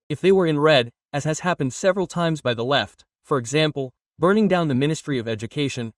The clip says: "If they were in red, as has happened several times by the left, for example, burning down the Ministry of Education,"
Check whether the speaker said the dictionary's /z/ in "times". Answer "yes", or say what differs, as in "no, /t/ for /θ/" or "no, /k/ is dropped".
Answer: yes